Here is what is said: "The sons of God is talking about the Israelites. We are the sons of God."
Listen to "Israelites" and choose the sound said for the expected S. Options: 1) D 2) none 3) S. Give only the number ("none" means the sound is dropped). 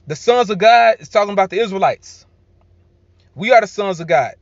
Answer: 3